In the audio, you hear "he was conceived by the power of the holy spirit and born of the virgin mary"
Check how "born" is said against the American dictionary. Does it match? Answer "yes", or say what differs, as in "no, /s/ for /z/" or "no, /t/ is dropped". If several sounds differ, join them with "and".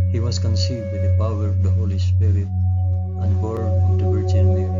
no, /n/ is dropped